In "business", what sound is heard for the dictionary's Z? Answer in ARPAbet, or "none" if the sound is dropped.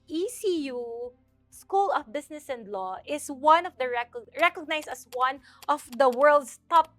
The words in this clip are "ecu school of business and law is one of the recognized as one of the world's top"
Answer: S